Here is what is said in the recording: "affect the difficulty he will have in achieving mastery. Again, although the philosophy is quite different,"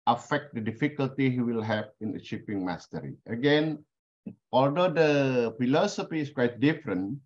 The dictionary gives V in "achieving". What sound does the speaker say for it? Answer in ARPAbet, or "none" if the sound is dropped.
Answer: P